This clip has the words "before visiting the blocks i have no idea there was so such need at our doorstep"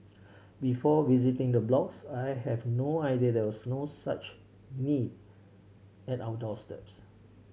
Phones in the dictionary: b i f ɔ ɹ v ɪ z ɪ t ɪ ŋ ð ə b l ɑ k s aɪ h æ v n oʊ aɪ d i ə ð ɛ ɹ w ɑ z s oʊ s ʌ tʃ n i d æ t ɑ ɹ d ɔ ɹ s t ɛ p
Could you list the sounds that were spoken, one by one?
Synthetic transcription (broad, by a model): b i f ɔ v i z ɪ t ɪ ŋ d ə b l ɑ k s aɪ h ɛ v n oʊ aɪ d i ə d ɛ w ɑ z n oʊ s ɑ tʃ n i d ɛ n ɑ w d ɔ l s t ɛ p